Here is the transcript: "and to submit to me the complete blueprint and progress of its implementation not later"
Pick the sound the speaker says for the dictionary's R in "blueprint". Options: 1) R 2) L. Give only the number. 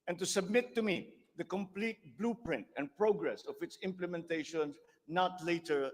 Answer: 1